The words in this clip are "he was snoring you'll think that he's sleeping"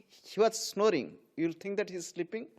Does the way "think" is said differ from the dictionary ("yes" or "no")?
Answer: yes